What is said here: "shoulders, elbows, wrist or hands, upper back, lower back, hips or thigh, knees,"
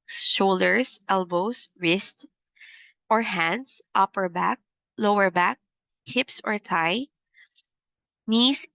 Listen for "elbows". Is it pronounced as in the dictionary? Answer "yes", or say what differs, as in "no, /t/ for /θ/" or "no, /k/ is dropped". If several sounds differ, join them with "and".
no, /s/ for /z/